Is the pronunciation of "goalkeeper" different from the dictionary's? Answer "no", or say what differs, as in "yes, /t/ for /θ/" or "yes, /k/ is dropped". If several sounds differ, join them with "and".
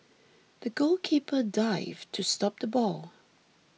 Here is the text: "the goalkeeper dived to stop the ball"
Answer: no